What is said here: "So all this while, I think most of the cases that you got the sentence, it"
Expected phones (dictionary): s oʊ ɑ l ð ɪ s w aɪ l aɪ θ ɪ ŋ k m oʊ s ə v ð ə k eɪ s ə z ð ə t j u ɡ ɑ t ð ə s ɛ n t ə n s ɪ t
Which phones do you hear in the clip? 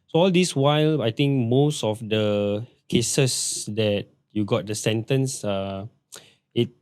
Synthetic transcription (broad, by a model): s oʊ ɑ l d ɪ s w aɪ l aɪ t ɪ ŋ k m oʊ s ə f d ə k eɪ s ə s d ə t j u ɡ ɑ t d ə s ɛ n t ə n s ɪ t